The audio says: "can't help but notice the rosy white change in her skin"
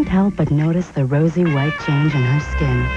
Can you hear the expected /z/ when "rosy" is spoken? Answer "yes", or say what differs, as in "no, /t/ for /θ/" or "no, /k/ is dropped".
yes